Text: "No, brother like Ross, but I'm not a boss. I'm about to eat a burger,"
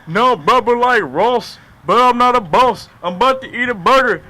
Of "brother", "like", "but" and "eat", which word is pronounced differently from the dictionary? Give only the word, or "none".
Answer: brother